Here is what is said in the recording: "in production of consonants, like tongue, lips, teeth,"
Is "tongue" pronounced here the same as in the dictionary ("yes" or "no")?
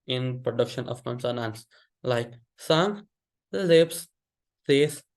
no